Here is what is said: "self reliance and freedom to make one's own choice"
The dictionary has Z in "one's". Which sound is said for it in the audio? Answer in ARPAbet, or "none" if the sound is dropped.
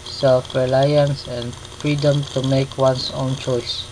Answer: S